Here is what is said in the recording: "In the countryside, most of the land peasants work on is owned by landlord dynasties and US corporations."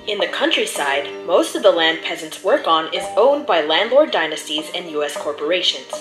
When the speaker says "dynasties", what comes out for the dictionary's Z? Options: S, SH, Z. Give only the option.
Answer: Z